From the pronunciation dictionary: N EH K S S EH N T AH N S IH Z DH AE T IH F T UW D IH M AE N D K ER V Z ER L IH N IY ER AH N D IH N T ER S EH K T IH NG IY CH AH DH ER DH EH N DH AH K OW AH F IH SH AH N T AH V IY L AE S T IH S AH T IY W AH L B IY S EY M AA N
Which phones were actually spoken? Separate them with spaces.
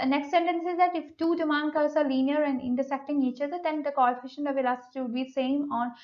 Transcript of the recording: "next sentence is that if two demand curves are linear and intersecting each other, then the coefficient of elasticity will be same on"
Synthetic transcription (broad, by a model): N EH K S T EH N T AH N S IH Z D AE T IH F T UW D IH M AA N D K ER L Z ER L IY N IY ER AH N D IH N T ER S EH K T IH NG IY CH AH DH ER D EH N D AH K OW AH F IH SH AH N AH V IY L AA S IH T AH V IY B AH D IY S EY M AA N